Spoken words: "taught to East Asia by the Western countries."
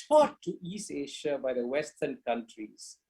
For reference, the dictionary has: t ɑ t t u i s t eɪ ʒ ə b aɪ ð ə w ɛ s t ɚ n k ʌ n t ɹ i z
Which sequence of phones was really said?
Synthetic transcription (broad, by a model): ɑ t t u i s t eɪ ʃ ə b aɪ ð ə w ɛ s t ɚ n k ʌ n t ɹ i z